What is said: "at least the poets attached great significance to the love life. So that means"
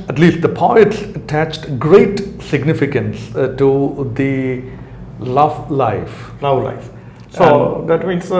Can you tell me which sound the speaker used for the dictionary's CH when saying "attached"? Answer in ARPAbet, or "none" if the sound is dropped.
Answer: CH